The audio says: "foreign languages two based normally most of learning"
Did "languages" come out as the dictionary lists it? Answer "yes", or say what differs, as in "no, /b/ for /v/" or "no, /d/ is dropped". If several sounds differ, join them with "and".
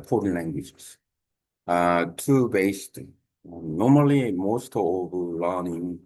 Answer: no, /z/ is dropped